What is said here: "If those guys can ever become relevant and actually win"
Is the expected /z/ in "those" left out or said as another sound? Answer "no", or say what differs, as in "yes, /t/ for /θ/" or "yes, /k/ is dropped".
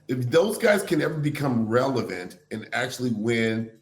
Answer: no